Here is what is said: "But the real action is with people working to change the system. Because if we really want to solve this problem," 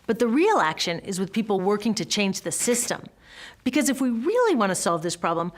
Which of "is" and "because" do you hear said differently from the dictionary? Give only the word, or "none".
none